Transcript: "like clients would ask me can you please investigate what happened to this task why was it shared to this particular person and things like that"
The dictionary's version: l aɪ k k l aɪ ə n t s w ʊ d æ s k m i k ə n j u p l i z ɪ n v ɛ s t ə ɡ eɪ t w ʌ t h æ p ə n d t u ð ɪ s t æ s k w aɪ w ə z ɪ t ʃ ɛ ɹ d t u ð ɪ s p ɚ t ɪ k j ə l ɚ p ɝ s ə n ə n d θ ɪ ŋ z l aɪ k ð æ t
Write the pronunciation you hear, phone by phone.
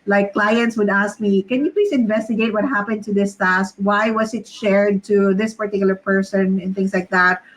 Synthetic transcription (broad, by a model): l aɪ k k l aɪ ə n t s w ʊ d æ s k m i k ə n j u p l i s ɪ n v ɛ s t ə ɡ eɪ t w ʌ t h æ p ə n d t u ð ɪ s t æ s k w aɪ w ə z ɪ t ʃ ɛ ɹ d t u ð ɪ s p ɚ t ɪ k j l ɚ p ɝ s ə n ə n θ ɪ ŋ s l aɪ k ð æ t